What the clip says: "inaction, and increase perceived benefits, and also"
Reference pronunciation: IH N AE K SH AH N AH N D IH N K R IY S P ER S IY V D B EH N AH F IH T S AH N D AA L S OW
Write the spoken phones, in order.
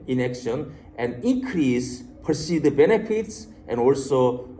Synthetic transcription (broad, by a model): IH N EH K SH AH N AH N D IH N K R IY S P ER S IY D B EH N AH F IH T S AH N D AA L S OW